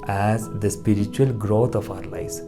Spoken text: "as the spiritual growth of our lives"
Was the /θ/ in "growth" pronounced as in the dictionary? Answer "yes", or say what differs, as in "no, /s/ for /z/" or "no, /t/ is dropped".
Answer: no, /t/ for /θ/